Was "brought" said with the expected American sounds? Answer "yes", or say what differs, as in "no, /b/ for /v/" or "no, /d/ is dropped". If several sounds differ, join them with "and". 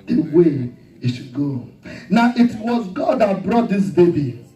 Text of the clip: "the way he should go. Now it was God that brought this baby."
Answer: yes